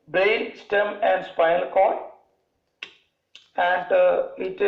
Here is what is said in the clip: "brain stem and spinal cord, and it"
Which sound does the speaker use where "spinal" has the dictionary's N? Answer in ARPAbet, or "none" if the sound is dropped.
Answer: none